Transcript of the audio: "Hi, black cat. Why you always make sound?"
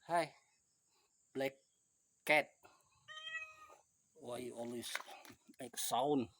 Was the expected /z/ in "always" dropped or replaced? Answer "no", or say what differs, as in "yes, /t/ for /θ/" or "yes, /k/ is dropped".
yes, /s/ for /z/